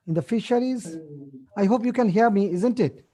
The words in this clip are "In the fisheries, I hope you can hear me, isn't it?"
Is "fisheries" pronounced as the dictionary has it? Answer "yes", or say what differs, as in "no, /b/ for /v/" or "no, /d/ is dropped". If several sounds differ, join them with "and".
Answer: yes